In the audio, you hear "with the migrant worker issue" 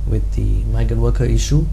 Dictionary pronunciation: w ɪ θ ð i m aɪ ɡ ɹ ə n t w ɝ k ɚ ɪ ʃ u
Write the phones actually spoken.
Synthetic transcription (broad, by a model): w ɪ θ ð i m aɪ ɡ ə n w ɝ k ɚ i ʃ u